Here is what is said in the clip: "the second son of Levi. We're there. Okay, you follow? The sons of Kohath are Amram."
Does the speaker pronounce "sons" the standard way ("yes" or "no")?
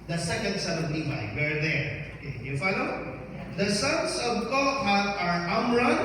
no